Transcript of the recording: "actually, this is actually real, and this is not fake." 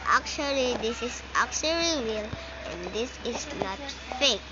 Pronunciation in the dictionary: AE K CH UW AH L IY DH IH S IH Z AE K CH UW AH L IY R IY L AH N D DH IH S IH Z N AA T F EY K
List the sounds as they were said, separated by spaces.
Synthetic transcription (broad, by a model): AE K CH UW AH L IY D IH S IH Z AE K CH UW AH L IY W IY L AH N D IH S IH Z N AA T F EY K